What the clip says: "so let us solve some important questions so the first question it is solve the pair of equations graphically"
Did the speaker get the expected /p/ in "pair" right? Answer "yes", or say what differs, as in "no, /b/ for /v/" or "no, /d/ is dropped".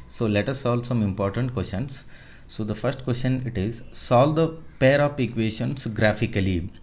yes